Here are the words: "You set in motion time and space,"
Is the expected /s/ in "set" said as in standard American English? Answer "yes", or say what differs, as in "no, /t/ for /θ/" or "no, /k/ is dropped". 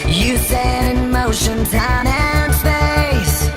no, /θ/ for /s/